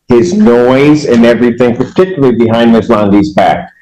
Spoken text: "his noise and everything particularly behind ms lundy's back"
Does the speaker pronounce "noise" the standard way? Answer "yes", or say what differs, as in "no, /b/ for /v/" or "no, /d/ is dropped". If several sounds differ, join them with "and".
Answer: yes